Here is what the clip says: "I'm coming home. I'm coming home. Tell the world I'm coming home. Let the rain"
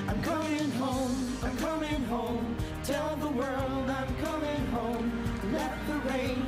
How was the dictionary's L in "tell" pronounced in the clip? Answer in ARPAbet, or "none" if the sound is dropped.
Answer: L